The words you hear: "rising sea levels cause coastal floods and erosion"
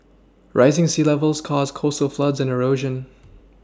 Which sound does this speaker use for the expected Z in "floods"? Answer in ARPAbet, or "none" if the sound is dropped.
Z